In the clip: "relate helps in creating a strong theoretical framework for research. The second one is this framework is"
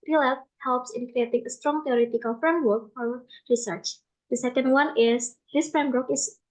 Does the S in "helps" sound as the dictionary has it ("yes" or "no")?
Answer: yes